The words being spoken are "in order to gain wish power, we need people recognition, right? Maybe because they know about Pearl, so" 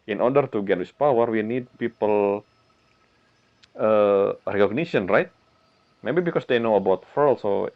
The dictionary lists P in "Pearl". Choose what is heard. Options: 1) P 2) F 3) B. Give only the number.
2